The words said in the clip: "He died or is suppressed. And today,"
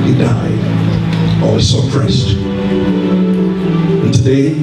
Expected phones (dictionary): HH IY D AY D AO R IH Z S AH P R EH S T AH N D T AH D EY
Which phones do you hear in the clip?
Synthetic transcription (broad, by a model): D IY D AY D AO L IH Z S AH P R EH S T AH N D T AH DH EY